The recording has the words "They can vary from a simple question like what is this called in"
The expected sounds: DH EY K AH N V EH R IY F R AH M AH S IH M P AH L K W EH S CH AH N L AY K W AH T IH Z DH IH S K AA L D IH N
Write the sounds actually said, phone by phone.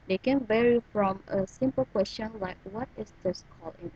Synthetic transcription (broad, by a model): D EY K AH N V EH R IY F R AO M AH S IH M P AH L K W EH S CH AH N L AY K W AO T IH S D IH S K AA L IH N